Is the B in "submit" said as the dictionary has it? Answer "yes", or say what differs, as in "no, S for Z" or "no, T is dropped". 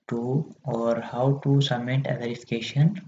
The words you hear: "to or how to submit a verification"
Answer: no, B is dropped